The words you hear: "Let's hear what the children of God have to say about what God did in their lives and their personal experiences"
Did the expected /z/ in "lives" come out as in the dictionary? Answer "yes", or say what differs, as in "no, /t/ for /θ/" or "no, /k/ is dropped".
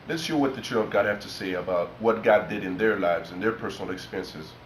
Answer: yes